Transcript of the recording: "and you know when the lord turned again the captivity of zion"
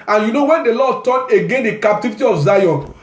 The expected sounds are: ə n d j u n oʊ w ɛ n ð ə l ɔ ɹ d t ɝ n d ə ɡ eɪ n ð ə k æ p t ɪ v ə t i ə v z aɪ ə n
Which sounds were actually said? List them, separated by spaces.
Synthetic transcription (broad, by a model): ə n j u n oʊ w ɛ n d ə l ɔ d t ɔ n ə ɡ eɪ n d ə k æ p t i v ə t i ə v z aɪ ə n